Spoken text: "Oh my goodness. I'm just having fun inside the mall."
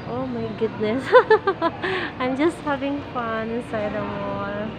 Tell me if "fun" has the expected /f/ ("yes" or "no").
yes